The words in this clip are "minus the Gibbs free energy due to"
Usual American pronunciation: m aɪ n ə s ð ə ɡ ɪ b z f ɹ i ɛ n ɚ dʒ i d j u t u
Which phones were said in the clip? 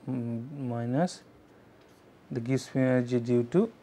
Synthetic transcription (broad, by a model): m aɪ n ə s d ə ɡ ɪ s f i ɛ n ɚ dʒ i d j u t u